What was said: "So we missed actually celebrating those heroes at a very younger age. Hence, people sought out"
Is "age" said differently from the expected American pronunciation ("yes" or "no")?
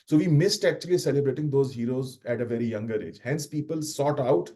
no